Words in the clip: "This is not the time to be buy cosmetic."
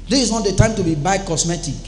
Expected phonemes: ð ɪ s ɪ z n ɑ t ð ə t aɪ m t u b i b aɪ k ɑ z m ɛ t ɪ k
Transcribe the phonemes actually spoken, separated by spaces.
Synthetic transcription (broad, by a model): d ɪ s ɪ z n ɑ t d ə t aɪ m t u b i b aɪ k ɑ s m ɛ t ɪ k